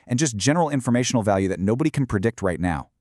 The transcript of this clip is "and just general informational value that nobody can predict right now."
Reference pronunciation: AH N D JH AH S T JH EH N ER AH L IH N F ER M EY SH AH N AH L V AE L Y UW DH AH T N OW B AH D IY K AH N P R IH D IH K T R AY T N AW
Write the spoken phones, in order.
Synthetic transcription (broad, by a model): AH N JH AH S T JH EH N ER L IH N F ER M EY SH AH N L V AE L Y UW DH AH T N OW B AH D IY K N P R IH D IH K T R AY T N AW